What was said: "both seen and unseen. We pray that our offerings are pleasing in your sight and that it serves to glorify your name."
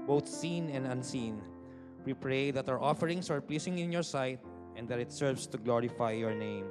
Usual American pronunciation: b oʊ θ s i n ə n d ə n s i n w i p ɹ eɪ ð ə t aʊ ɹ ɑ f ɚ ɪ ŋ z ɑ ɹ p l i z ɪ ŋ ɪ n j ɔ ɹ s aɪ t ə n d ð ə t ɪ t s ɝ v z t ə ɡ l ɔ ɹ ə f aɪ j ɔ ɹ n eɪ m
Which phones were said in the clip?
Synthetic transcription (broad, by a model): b oʊ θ s i n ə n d ə n s i n w i p ɹ eɪ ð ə t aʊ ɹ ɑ f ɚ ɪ ŋ s ɑ ɹ p l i s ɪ ŋ ɪ n j ɔ ɹ s aɪ t ə n d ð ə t ɪ t s ɝ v s t ə ɡ l ɔ ɹ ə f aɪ j ɔ ɹ n eɪ m